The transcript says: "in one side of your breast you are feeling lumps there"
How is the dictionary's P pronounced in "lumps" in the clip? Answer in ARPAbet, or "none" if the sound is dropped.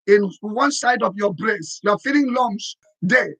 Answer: none